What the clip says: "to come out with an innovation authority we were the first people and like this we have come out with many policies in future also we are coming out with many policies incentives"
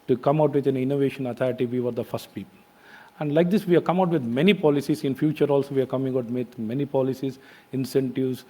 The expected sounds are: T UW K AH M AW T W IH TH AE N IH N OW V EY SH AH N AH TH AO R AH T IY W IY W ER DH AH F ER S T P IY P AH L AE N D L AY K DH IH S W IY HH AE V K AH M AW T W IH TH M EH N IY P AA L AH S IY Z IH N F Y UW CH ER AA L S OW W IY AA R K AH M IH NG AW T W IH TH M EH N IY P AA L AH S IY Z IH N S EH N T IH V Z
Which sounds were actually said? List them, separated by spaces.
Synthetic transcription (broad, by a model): T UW K AH M AW T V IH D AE N IH N OW V EY SH AH N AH T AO R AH T IY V IY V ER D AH F ER S T P IY P AH L AE N D L AY K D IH S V IY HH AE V K AH M AW T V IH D M EH N IY P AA L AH S IY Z IH N F Y UW CH ER AA L S OW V IY AA R K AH M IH NG AW T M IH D M EH N IY P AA L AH S IY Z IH N S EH N T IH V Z